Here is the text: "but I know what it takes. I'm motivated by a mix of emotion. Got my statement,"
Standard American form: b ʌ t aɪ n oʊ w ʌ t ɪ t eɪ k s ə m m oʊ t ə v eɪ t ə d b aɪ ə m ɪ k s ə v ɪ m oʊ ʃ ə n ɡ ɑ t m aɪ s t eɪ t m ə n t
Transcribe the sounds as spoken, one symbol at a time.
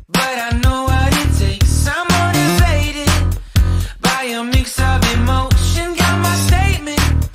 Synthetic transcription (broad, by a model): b ʌ t aɪ n oʊ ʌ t ɪ t eɪ k s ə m m oʊ t ə v eɪ t ə d b aɪ ə m ɪ k s ə v ɪ m oʊ ʃ ə n ɡ ɑ t m aɪ s t eɪ t m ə n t